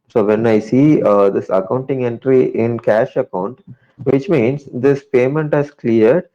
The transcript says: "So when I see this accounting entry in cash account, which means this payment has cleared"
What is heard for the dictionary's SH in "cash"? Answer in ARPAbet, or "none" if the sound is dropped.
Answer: SH